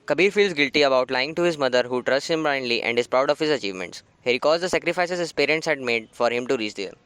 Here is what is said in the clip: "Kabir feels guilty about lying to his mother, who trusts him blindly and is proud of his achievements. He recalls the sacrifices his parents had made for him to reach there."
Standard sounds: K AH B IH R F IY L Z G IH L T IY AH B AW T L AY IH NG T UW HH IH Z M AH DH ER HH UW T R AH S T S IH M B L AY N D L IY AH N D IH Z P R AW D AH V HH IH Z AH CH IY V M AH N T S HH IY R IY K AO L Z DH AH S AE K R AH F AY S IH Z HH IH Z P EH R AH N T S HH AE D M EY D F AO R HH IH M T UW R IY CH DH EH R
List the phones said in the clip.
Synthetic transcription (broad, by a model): K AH B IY R F IY L Z G IH L T IY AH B AW T L AY IH NG T UW HH IH Z M AH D ER HH UW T R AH S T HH IH M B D AY N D L IY AH N D IH Z P R AW D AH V HH IH Z AH CH IY V M AH N T S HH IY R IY K AO Z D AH S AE K R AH F AY S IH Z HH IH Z P EH R AH N T S HH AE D M EY D F AO R HH IH M T UW R IY CH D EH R